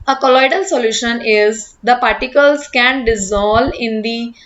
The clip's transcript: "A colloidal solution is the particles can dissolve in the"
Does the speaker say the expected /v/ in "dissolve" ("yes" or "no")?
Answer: no